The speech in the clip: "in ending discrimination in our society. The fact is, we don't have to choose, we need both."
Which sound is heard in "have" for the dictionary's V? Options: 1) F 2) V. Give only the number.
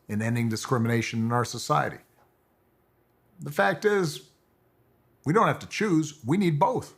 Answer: 1